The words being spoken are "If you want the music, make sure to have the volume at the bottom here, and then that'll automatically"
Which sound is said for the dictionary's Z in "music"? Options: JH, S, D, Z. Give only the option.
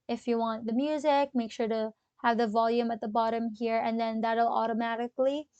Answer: Z